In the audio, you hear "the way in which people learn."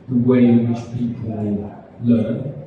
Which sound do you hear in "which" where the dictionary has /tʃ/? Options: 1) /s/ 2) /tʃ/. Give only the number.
1